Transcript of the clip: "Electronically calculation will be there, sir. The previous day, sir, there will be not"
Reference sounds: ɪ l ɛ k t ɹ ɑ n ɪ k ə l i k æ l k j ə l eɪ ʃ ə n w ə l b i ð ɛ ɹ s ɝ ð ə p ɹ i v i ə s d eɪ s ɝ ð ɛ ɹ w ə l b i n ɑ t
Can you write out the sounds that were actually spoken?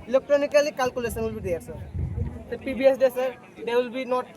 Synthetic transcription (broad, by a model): l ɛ k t ɹ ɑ n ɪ k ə l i k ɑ l k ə l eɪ s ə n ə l b i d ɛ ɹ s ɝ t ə p i b i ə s d eɪ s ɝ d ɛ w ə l b i n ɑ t